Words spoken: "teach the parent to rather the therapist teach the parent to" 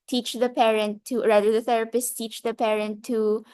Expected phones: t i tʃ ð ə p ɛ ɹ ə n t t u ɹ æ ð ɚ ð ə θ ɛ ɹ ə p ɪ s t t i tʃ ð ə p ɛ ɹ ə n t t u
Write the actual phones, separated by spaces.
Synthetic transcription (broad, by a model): t i tʃ ð ə p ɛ ɹ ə n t t u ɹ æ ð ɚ ð ə θ ɛ ɹ ə p ɪ s t t i tʃ ð ə p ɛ ɹ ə n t t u